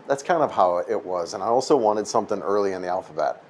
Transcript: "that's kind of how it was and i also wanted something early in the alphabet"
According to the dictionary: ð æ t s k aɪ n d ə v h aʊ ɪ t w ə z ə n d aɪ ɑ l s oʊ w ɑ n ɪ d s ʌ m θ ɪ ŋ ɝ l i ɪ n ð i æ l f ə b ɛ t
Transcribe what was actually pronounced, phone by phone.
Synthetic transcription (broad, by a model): ð æ t s k aɪ n d ə v h aʊ ɪ t w ə z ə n aɪ ɑ l s oʊ w ɑ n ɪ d s ʌ m θ ɪ ŋ ɝ l i ɪ n ð i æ l f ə b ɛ t